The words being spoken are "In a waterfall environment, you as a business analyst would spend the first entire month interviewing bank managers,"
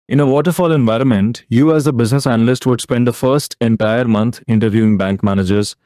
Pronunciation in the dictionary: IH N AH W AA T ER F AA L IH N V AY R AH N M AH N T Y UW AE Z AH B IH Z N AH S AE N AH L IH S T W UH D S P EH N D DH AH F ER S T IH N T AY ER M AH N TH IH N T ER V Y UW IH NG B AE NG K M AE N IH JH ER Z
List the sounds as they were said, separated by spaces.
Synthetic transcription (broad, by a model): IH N AH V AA T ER F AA L IH N V AY R AH N M AH N T Y UW AE Z AH B IH Z N AH S AE N AH L IH S T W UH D S P EH N D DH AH F ER S T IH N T AY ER M AH N T IH N T ER V Y UW IH NG B AE NG K M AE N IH JH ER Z